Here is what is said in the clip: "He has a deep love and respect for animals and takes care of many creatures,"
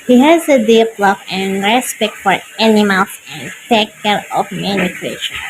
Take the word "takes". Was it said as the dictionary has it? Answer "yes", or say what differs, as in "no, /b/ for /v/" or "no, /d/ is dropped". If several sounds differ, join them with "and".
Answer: no, /s/ is dropped